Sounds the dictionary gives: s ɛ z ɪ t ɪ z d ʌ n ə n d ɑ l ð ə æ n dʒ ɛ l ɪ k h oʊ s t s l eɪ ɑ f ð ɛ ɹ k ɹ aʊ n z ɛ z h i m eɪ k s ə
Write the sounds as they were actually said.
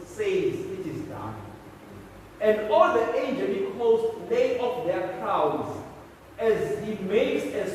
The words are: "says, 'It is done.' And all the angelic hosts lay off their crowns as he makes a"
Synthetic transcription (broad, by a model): s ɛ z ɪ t ɪ z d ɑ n ə n d ɑ l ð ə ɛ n dʒ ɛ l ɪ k oʊ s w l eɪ ɑ f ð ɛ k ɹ aʊ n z ɛ z h i m eɪ k s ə